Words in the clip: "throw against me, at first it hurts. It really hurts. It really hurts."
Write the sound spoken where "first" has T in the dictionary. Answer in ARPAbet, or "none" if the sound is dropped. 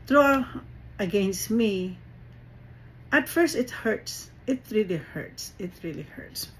T